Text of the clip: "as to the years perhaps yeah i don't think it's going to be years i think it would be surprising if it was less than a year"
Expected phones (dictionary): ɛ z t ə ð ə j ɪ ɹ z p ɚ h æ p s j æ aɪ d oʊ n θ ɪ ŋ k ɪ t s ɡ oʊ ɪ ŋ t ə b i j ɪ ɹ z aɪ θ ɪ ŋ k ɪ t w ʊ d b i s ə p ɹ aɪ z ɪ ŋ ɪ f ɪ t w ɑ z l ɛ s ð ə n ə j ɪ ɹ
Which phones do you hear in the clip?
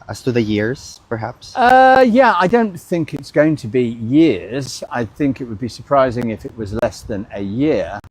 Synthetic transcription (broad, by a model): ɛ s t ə ð ə j ɪ ɹ z p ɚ h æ p s j æ aɪ d oʊ n θ ɪ ŋ k ɪ t s ɡ oʊ ɪ ŋ t ə b i j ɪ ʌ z aɪ θ ɪ ŋ k ɪ t w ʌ d b i s ə p ɹ aɪ z ɪ ŋ ɪ f ɪ t w ɑ z l ɛ s ð ə n ə j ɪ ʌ